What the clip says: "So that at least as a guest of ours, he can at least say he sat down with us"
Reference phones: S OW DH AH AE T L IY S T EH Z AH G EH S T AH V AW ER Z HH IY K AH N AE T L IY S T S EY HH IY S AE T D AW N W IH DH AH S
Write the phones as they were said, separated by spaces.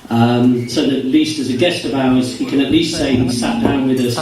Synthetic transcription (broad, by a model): S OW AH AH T L IY S T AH Z AH G EH S T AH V AW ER S HH IY K AH N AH T L IY S T S EY HH IY S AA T D AW N W IH DH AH S